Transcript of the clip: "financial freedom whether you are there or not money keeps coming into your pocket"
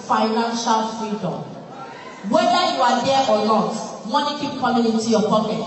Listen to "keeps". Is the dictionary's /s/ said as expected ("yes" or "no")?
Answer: no